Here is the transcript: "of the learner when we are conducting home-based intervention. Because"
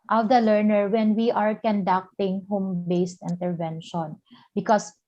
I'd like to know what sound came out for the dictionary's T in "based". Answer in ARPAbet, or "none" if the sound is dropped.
T